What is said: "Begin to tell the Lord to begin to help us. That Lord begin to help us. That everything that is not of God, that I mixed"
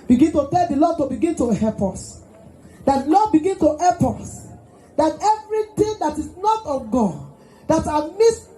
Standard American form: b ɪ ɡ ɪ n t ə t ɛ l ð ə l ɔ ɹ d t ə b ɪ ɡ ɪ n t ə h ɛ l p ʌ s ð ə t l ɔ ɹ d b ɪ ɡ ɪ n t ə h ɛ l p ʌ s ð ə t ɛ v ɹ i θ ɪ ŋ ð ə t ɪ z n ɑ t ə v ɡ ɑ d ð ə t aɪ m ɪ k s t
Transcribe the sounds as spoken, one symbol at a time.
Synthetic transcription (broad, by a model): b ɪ ɡ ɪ n t ə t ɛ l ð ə l ɔ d t ə b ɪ ɡ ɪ n t ə h ɛ l p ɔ s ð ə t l ɔ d b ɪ ɡ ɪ n t ə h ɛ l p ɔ s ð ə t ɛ v ɹ i t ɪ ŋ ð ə t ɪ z n ɑ t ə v ɡ ɑ d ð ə t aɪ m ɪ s